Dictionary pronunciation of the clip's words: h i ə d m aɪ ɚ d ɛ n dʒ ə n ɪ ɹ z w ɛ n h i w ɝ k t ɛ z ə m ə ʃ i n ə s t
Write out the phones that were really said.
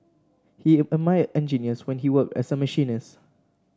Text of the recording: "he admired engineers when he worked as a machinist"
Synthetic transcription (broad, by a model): h i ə m aɪ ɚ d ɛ n dʒ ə n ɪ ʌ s w ɛ n h i w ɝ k t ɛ s ə m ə ʃ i n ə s